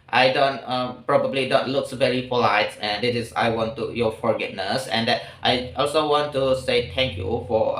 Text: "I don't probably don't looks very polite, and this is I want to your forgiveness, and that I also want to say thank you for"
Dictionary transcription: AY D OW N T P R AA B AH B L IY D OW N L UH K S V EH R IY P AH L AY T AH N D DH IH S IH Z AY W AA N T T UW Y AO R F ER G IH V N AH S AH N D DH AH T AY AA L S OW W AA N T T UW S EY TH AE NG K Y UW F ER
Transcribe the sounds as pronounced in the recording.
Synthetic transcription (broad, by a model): AY D OW N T P R AA B AH B L IY D OW N L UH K S V EH R IY F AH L AY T AH N D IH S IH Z AY W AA N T T UW Y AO F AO G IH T N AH S AH N D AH T AY AA L S OW W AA N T T UW S EY T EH NG K Y UW F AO